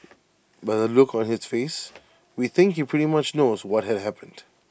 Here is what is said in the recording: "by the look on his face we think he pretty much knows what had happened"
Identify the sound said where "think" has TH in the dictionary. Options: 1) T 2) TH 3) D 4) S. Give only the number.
2